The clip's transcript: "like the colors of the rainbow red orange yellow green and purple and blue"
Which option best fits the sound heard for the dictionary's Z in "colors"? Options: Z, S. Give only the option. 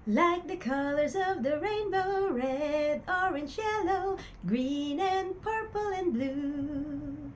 Z